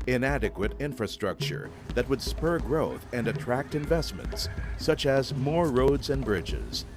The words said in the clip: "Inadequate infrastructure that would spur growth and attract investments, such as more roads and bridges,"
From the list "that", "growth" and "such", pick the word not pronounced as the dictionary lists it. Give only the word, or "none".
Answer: none